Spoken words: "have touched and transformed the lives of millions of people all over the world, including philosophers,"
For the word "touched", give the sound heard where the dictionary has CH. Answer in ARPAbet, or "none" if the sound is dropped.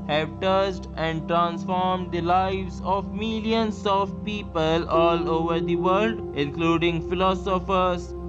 S